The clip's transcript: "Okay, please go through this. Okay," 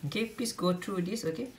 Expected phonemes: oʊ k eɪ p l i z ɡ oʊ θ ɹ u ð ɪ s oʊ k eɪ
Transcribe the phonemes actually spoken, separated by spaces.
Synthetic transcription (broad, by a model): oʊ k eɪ p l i s ɡ oʊ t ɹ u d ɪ s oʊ k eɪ